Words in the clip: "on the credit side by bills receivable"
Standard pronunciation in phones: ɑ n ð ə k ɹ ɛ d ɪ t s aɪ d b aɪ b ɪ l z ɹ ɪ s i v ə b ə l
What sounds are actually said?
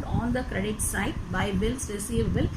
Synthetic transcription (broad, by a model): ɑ n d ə k ɹ ɛ d ɪ t s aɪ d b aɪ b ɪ l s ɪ s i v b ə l